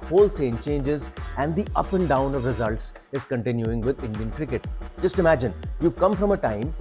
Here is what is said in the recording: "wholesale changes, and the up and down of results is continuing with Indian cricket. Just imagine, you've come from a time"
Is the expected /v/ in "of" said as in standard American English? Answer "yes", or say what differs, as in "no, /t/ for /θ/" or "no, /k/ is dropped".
yes